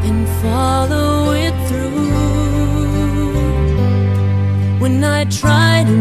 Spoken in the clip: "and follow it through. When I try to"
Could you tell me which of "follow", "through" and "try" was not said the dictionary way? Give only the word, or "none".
none